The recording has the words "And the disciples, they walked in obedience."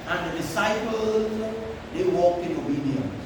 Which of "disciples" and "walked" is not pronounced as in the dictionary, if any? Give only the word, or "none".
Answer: walked